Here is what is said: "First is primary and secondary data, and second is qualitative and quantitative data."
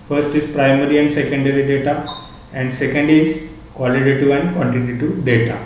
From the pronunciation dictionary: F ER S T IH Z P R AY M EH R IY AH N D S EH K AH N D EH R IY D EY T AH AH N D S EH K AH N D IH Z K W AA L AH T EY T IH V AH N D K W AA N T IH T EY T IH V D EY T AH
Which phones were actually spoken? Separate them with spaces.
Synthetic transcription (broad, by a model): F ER S T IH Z P R AY M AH R IY AH N D S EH K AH N D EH R IY D EY T AH AH N D S EH K AH N D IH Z K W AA L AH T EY T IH AH N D K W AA N T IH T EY T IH D EY T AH